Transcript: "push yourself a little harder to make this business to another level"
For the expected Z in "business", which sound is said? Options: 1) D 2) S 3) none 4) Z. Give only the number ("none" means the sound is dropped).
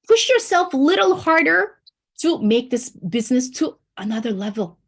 4